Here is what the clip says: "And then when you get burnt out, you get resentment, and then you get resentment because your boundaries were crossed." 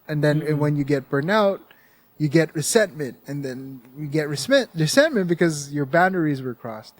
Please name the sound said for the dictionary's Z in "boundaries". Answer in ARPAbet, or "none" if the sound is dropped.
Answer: Z